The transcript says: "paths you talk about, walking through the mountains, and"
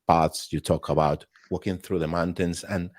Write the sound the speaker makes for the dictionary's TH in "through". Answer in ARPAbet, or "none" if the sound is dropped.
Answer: TH